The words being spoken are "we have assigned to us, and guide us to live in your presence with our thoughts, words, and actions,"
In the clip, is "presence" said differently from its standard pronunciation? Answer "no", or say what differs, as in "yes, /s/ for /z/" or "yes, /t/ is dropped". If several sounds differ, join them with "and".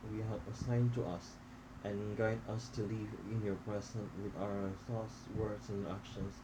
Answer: yes, /s/ is dropped